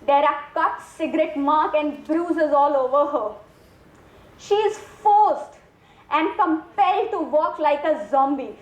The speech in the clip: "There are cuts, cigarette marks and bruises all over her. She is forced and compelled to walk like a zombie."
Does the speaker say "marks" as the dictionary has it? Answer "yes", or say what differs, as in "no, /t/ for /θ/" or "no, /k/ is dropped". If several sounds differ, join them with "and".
no, /s/ is dropped